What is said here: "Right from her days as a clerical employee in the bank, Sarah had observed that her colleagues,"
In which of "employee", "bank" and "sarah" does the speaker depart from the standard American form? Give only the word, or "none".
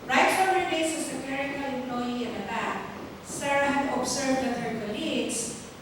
bank